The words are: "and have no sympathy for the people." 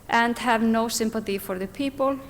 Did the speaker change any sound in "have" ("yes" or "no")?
no